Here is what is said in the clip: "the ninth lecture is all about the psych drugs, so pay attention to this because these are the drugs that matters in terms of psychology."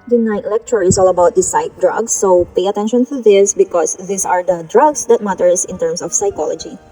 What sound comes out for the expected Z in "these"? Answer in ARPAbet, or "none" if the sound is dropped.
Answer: S